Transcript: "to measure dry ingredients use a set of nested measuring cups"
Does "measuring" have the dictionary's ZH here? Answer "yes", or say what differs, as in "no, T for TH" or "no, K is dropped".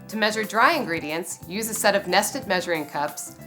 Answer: yes